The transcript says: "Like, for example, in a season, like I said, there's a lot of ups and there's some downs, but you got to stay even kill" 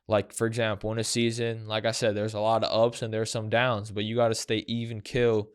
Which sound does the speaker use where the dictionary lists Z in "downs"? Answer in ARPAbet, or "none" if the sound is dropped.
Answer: Z